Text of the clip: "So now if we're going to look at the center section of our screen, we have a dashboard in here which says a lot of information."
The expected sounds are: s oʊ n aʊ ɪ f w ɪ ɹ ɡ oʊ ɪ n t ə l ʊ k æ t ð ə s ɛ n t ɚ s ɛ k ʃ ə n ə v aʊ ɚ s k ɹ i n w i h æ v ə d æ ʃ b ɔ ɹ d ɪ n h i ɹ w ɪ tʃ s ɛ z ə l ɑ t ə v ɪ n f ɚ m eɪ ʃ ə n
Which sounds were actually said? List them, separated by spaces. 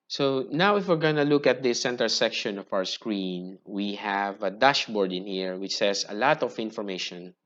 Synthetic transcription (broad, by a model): s oʊ n aʊ ɪ f w ɪ ɹ ɡ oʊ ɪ n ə l ʊ k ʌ t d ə s ɛ n t ɚ s ɛ k ʃ ə n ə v aʊ ɚ s k ɹ i n w i h æ v ə d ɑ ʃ b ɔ ɹ d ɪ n h i ɹ w ɪ tʃ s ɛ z ə l ɑ t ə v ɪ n f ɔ m eɪ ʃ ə n